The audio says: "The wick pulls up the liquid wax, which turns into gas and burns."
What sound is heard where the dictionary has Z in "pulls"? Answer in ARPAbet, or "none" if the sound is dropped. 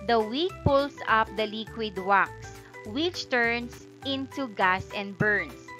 S